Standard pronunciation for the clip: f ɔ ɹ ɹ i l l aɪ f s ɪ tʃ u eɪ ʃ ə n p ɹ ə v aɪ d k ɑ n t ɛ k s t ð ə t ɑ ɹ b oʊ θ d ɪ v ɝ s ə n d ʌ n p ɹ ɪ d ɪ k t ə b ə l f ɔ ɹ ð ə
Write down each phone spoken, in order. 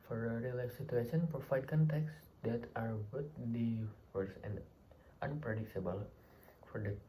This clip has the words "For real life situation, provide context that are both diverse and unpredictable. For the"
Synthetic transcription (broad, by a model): f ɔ ɹ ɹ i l l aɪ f s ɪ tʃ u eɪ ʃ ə n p ə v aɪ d k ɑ n t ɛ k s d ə t ɑ ɹ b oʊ t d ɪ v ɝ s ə n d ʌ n p ɹ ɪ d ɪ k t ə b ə l f ɔ ɹ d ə